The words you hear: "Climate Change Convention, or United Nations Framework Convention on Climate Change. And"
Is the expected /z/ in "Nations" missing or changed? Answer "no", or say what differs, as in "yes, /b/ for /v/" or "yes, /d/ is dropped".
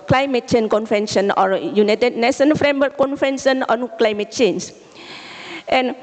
yes, /z/ is dropped